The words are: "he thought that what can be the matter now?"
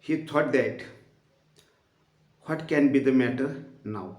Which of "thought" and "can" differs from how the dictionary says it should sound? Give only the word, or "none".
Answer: thought